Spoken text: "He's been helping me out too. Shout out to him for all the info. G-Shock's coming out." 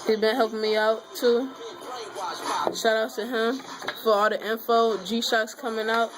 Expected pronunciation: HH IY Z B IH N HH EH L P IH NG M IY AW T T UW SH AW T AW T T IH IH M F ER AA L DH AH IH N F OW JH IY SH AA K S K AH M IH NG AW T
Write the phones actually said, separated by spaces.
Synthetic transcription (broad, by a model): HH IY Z B IH N HH EH L P IH NG M IY AW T T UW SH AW T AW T T IH IH M F ER AA L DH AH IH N F OW JH IY SH AA K S K AH M IH NG AW T